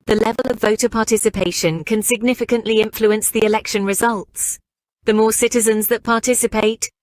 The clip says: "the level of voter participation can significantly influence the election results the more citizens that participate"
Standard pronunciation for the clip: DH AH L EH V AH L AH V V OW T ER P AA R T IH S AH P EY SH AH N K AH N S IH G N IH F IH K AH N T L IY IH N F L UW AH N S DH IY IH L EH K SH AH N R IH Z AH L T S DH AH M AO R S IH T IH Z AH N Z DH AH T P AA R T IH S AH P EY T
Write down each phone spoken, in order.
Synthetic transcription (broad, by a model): DH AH L EH V AH L AH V V OW T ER P AA T IH S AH P EY SH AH N K AH N S IH G N IH F IH K AH N T L IY IH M F L UW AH N S DH IY IH L EH K SH AH N R IH Z AH L T S DH AH M AO S IH T IH Z AH N Z DH AH T P AA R T IH S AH P EY T